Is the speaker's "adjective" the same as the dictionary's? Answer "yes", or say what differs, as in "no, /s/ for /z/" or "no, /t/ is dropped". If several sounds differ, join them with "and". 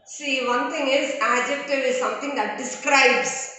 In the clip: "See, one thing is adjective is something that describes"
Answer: yes